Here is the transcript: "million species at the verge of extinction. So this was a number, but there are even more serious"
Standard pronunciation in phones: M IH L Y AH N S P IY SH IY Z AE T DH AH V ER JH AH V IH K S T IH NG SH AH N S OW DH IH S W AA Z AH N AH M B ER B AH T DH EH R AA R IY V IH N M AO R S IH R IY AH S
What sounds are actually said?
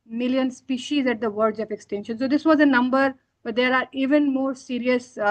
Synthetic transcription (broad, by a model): M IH L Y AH N S P IY SH IY Z AE T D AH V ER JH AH P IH K S T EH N SH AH N S OW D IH S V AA Z AH N AH M B ER B AH T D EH R AA R IY V IH N M AO R S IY R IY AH S